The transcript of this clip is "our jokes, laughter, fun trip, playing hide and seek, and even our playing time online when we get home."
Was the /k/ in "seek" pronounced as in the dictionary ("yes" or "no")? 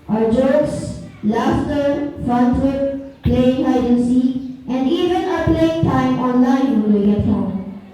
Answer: no